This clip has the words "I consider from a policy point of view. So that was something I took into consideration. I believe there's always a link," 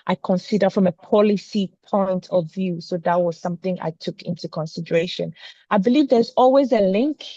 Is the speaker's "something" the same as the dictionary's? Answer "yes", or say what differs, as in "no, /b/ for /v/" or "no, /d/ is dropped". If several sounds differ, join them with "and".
yes